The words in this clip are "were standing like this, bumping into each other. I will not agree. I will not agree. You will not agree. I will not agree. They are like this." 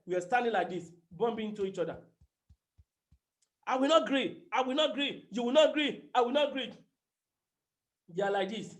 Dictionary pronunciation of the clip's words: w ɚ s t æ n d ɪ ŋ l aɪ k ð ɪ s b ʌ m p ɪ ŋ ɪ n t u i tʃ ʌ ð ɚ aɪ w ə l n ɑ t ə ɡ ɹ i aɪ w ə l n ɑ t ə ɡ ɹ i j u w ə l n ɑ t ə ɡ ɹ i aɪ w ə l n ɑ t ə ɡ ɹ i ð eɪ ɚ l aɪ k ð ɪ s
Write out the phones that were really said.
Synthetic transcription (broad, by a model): w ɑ s t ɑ n d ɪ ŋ l aɪ k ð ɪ s b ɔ m b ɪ ɪ n t u i tʃ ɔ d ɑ aɪ w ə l n ɑ t ɡ ɹ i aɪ w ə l n ɑ t ɡ ɹ i j u w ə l n ɑ t ɡ ɹ i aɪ w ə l n ɑ t ɡ ɹ i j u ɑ l aɪ k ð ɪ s